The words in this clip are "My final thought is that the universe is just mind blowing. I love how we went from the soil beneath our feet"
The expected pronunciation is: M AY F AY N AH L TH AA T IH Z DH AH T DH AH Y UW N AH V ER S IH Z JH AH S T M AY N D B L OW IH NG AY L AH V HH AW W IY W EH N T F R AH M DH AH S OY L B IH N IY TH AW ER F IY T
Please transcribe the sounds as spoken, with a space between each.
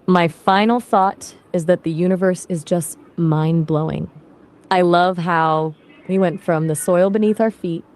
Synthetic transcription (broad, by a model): M AY F AY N L TH AA T IH Z DH AH T DH AH Y UW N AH V ER S IH Z JH AH S T M AY N B L OW IH NG AY L AH V HH AW W IY W EH N T F R AH M DH AH S OY L B IH N IY TH AW ER F IY T